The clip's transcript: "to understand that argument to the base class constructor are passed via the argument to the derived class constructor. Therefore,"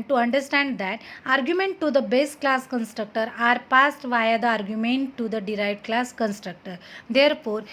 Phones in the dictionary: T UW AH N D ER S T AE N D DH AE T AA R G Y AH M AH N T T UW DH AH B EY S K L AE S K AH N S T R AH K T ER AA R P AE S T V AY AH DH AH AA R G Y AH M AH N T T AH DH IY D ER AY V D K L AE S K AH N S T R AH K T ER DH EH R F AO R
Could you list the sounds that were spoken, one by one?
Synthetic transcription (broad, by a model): T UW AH N D ER S T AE N D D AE T AA R G Y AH M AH N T T UW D AH B EY S K L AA S K AH N S T R AH K T ER AA R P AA S T V AY AH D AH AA R G Y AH M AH N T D AH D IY D AY V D K L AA S K AH N S T R AH K T ER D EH R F AO R